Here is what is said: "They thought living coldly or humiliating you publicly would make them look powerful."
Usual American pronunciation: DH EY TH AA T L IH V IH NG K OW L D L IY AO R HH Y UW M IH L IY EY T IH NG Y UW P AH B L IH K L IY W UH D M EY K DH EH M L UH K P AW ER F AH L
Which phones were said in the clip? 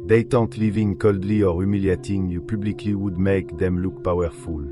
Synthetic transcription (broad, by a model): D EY T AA T L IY V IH NG K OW L D L IY AO R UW M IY L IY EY T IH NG Y UW P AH B L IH K L IY W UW D M EY K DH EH M L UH K P AW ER F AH L